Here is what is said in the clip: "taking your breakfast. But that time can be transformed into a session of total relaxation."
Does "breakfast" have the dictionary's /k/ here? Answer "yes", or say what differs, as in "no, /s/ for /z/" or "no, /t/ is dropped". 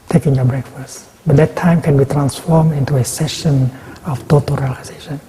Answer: yes